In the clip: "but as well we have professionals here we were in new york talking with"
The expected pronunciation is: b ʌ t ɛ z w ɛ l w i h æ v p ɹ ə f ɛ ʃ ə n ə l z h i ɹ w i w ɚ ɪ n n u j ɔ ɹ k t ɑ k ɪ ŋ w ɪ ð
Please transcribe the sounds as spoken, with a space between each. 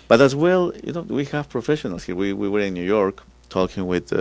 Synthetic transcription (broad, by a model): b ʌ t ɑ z w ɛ l w i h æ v p ɹ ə f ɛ ʃ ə n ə l s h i w w i w ɚ ɪ n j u j ɔ ɹ k t ɑ k ɪ ŋ w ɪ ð